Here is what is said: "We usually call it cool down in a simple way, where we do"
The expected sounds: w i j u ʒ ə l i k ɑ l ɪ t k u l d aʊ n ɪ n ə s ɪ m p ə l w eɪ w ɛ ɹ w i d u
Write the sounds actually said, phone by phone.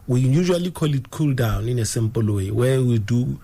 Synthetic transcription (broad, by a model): w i j u ʒ ə l i k ɑ l ɪ t k u l d aʊ n ɪ n ə s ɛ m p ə l w eɪ w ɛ w i d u